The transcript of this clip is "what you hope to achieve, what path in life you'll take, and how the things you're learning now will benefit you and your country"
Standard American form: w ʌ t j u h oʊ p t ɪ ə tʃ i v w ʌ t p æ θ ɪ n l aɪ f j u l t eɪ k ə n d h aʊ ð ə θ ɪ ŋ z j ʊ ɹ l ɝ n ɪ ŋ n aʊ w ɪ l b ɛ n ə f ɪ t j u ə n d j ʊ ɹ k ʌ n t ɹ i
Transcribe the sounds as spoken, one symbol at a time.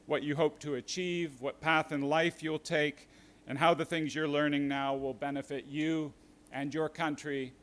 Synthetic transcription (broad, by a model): w ʌ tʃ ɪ h oʊ p t ɪ ə tʃ i v w ʌ t p æ θ ɪ n l aɪ f j u l t eɪ k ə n h aʊ ð ə θ ɪ ŋ z j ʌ ɹ l ɝ n ɪ ŋ n aʊ w ɪ l b ɛ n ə f ɪ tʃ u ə n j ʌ ɹ k ʌ n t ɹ i